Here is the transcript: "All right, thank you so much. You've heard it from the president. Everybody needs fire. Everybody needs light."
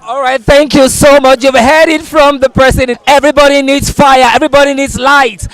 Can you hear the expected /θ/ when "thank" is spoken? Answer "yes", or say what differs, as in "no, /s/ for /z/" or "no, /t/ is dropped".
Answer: yes